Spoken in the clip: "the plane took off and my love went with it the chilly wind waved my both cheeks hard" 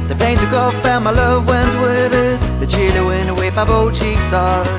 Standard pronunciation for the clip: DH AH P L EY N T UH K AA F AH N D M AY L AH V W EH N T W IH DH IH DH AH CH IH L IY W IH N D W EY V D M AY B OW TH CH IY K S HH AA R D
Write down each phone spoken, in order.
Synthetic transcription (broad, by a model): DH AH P EY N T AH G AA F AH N M AY L AH V W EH N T W IH DH IH DH AH CH IH L IY W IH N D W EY M AY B OW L CH IY K S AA